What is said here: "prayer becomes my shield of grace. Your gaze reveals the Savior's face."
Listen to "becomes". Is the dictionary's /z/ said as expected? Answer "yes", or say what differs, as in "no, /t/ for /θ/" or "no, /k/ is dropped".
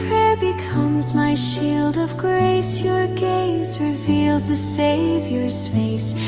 yes